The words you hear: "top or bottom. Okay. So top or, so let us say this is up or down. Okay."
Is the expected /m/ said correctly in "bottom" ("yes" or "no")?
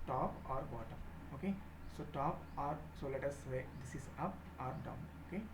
no